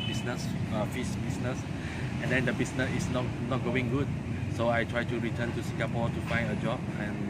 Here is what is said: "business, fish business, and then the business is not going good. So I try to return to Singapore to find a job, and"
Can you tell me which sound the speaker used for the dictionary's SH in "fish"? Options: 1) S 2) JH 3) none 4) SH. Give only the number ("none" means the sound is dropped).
1